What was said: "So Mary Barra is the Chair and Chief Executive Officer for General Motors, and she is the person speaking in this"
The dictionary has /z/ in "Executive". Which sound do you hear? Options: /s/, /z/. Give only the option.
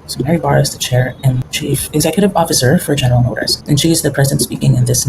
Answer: /z/